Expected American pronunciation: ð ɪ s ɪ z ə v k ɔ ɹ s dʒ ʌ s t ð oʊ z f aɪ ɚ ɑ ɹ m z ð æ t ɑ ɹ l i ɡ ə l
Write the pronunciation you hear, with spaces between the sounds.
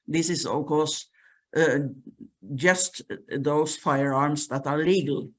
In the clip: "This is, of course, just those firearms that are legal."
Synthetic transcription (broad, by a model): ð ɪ s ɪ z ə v k ɔ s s dʒ ʌ s t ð oʊ s f aɪ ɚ ɑ ɹ m s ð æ t ɑ ɹ l i ɡ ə l